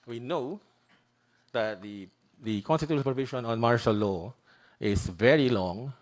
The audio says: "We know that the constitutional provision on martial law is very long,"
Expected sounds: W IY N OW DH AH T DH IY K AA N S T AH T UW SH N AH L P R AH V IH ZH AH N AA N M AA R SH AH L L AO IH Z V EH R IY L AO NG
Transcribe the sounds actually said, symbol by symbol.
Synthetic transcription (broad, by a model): W IY N OW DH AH T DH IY K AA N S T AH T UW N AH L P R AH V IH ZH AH N AA N M AA R SH AH L L AO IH S V EH R IY L AO NG